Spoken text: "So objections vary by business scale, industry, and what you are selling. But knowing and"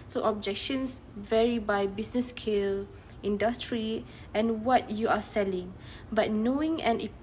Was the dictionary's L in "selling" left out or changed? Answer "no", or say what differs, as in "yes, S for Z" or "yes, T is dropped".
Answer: no